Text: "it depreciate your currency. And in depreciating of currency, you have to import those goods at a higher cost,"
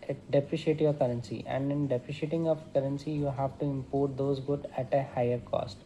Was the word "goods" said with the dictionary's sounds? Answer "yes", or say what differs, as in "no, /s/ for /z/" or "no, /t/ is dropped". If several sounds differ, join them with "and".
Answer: no, /z/ is dropped